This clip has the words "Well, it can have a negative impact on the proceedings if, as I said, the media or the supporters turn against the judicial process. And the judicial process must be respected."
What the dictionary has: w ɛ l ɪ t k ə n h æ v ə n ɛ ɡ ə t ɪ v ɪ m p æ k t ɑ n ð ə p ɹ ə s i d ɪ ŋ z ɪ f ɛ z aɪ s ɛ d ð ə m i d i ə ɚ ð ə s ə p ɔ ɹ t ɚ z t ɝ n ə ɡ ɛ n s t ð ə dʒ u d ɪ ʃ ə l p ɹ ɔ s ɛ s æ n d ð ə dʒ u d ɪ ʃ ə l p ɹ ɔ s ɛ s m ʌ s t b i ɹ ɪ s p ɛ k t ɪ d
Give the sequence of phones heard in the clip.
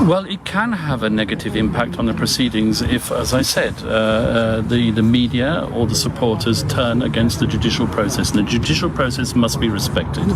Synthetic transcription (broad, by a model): w ɛ l ɪ t k ə n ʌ v ə n ɛ ɡ ə t ɪ v ɪ m p æ k t n ð ə p ɹ ə s i d ɪ ŋ z ɪ f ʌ z aɪ s ɛ d ð ə m i d i ə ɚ ð ə s ə p ɔ ɹ t ɚ z t ɝ n ə ɡ ɛ n s t ð ə dʒ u d ɪ ʃ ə l p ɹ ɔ s ɛ s n ð ə dʒ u d ɪ ʃ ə l p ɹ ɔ s ɛ s m ʌ s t b i ɹ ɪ s p ɛ k t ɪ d